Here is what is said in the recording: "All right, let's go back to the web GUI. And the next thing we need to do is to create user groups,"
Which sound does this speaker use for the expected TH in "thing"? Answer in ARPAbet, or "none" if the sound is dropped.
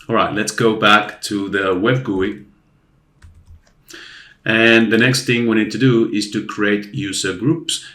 TH